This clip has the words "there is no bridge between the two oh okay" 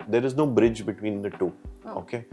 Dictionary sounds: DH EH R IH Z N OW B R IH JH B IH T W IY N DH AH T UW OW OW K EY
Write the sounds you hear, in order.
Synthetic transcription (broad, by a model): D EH R IH Z N OW B R IH JH B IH T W IY N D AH T UW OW OW K EY